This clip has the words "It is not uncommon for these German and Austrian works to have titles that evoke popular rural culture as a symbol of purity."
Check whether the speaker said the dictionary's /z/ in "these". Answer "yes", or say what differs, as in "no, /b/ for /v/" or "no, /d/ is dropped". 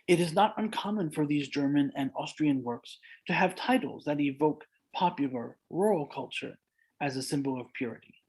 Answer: yes